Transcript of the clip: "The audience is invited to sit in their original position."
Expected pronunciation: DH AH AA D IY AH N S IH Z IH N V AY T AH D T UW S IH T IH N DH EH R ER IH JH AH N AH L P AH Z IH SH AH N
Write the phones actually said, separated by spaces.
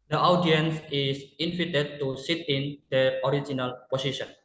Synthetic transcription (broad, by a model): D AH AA D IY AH N S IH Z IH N F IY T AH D T UW S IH T IH N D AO R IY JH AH N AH L P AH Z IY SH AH N